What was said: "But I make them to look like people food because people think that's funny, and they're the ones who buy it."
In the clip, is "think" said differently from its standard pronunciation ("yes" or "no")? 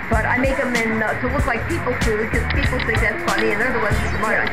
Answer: yes